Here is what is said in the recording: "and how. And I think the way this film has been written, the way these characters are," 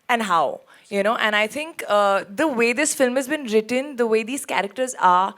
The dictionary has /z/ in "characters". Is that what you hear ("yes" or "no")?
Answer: yes